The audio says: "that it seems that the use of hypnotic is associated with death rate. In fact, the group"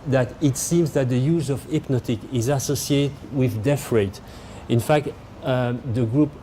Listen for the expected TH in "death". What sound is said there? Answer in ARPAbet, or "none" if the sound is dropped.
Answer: F